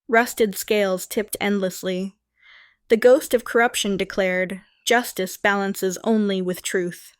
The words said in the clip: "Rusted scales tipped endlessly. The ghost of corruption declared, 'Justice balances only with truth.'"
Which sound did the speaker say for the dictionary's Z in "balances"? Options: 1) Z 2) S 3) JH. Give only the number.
1